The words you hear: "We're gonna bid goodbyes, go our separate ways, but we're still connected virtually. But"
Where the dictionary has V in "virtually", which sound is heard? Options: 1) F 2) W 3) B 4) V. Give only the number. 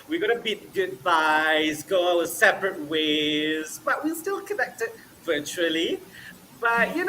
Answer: 4